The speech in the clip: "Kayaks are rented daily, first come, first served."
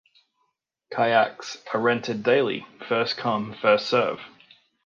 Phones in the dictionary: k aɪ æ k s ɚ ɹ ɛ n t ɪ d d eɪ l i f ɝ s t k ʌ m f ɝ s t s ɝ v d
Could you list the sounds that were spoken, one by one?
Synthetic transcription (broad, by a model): k aɪ æ k s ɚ ɹ ɛ n t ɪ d d eɪ l i f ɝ s k ʌ m f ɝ s t s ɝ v